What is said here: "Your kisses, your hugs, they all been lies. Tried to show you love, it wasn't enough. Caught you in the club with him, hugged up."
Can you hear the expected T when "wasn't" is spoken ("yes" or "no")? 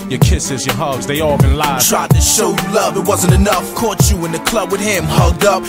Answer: yes